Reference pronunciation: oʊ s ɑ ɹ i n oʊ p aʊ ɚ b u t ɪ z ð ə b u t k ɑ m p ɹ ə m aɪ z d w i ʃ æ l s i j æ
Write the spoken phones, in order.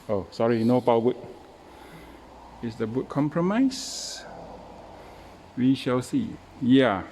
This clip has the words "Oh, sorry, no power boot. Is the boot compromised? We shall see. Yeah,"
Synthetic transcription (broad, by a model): oʊ s ɑ ɹ i n oʊ b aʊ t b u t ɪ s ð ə b u t k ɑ m p ɹ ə m aɪ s w i ʃ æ l s i j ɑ